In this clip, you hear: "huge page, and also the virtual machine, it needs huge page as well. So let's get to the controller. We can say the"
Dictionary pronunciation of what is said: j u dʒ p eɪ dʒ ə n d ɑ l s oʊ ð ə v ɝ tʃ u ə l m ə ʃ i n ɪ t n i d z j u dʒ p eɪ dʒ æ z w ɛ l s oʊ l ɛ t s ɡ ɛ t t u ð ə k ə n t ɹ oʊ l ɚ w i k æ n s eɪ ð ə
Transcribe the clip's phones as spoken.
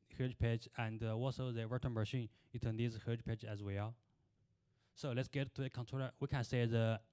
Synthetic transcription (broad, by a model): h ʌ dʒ p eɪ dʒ ə n d ɑ l s oʊ ð ə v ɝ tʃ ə n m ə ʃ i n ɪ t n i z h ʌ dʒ p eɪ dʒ æ z w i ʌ s oʊ l ɛ t s ɡ ɛ t t u ð ə k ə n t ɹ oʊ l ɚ w i k æ n s eɪ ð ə